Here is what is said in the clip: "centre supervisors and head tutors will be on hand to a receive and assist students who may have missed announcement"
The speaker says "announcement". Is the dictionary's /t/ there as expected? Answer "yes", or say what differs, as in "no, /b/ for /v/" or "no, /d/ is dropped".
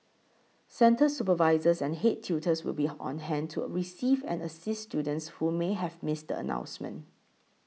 no, /t/ is dropped